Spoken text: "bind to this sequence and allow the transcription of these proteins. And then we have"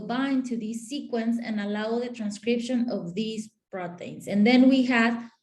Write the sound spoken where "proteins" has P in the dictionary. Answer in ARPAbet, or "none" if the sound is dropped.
B